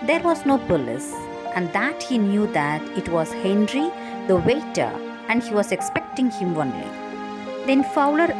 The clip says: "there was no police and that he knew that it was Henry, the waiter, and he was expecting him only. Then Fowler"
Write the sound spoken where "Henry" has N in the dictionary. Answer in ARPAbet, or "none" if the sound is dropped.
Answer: N